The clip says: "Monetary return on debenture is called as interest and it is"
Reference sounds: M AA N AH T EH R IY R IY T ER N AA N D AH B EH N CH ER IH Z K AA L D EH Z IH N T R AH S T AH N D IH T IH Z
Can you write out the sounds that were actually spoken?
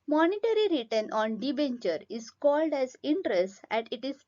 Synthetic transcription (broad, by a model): M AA N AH T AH R IY R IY T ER N AA N D AH B EH N CH ER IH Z K AA L D EH Z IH N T R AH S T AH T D IH T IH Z